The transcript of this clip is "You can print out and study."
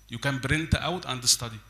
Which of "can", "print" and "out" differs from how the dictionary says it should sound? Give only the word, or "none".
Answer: print